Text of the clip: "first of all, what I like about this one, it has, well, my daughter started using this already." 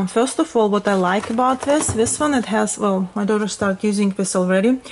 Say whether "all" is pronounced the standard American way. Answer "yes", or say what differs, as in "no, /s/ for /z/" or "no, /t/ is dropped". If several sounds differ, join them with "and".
yes